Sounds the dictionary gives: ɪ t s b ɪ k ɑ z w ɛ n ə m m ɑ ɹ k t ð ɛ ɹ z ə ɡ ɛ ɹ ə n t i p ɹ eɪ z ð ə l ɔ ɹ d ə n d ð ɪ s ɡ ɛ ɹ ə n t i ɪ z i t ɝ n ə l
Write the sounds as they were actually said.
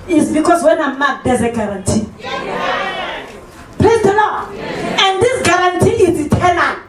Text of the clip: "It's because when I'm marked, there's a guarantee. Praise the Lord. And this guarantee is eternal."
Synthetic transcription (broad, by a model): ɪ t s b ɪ k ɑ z w ɛ n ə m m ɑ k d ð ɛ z ə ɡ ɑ ɹ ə n t i p l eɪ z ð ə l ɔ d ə n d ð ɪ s ɡ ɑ ɹ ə n t i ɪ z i t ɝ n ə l